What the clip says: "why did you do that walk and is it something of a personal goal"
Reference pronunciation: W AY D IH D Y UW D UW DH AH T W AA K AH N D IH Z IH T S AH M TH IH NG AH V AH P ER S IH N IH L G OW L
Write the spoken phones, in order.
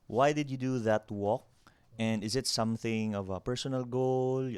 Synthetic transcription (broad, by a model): W AY D IH D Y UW D UW DH AH T W AA K AH N D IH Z IH T S AH M TH IH NG AH V AH P ER S IH N IH L G OW L